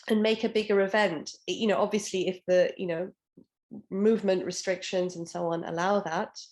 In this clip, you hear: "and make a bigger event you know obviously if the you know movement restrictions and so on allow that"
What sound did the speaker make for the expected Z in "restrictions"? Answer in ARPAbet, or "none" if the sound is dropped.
Z